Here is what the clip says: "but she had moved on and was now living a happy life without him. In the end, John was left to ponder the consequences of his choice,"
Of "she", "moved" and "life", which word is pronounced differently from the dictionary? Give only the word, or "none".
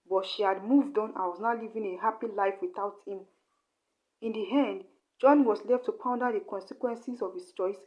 none